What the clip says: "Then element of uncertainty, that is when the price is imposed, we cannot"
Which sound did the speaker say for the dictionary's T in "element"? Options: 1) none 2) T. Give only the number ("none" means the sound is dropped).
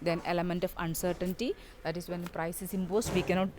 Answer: 2